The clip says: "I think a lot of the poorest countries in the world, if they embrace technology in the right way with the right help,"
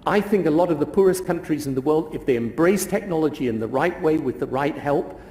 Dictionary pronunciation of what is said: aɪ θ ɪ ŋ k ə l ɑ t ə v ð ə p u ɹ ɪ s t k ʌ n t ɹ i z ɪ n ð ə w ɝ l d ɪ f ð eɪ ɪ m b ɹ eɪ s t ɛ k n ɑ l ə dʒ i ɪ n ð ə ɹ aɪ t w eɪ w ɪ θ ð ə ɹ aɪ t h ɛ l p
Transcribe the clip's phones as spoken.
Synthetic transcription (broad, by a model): aɪ θ ɪ ŋ k ə l ɑ t ə v ð ə p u ɹ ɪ s k ʌ n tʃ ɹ i z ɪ n ð ə w ɝ l d ɪ f ð eɪ ɪ m b ɹ eɪ s t ɛ k n ɑ l ə dʒ i ɪ n ð ə ɹ aɪ t w eɪ w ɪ ð ə ɹ aɪ t h ɛ l p